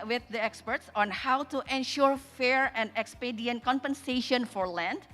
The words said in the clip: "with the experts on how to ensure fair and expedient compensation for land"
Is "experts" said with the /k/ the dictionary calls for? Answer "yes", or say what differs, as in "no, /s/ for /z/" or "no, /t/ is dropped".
yes